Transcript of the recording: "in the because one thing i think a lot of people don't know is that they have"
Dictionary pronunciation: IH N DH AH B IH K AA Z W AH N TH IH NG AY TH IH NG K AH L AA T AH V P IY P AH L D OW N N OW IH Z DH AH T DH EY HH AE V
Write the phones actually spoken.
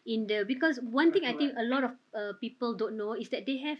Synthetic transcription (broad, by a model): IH N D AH B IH K AA S W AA N T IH NG AY T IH NG K AH L AA T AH F P IY P AH L D OW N N OW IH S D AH T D EY HH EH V